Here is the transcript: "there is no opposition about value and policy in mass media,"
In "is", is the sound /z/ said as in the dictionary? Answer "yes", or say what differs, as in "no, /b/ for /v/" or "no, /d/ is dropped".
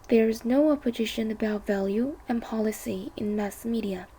yes